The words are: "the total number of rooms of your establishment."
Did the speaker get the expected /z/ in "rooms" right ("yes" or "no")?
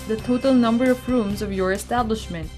yes